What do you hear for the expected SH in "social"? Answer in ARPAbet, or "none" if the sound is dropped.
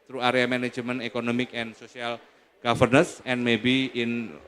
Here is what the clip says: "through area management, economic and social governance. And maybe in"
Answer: S